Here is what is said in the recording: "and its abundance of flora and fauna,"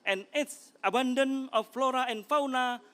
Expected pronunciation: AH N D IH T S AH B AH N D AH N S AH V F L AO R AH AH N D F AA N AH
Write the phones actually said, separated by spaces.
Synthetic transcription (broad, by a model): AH N IH T S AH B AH N D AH N AH F L AO R AH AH N F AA N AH